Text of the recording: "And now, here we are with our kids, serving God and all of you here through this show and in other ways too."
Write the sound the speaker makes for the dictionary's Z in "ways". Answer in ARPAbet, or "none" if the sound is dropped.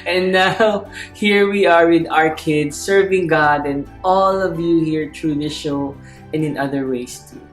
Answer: S